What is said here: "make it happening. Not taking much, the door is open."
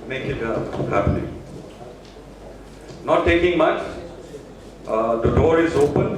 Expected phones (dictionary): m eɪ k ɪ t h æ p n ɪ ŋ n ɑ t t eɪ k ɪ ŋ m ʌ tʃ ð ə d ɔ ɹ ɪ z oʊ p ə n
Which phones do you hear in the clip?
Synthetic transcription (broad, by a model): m eɪ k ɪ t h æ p l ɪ n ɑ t t eɪ k ɪ ŋ m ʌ tʃ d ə d ɔ ɹ ɪ z oʊ p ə n